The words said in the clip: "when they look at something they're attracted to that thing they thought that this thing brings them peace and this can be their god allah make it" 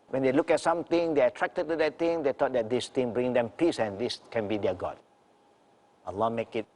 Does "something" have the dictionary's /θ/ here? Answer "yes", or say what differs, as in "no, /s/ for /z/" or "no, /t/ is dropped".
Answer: no, /t/ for /θ/